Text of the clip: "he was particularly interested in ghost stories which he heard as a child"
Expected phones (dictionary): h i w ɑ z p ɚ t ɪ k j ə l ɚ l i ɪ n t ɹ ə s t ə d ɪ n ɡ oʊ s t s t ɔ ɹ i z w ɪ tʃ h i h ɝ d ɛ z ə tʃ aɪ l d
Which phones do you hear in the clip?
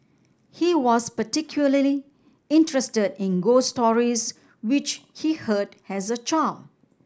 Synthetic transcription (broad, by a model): h i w ɑ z p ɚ t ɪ k j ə l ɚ l i ɪ n t ɹ ə s t ə d ɪ n ɡ oʊ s s t ɔ ɹ i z w ɪ tʃ h i h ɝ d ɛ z ə tʃ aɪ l